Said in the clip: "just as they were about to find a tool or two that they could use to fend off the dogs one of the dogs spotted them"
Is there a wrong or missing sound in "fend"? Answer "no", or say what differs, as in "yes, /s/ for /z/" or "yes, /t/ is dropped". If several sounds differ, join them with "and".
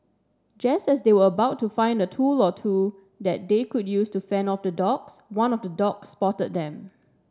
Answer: yes, /d/ is dropped